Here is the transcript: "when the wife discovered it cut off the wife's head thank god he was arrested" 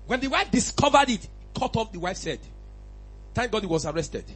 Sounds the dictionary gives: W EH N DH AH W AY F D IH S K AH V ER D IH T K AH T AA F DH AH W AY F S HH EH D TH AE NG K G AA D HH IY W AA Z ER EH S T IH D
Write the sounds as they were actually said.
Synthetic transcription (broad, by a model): W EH N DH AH W AY F D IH S K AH V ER D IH T K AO T AA F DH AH W AY F S EH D T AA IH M G AA D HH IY W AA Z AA EH S T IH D